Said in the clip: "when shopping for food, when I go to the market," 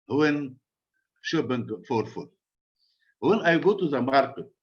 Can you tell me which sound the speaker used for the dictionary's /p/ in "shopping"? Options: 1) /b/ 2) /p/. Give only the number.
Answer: 1